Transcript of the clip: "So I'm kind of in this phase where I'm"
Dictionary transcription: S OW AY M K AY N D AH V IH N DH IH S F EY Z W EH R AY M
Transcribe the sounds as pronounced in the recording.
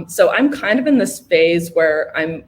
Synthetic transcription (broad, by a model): S OW AY M K AY N D AH V IH N DH IH S F EY Z W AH R AY M